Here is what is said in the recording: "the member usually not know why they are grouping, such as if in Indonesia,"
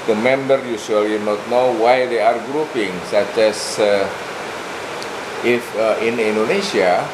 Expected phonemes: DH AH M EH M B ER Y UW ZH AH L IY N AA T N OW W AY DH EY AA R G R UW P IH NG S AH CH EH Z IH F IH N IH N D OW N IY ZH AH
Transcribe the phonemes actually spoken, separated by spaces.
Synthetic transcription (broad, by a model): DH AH M EH M B ER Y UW S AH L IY N AA T N OW W AY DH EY AA R G R UW P IH NG S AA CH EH S IH F IH N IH N D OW N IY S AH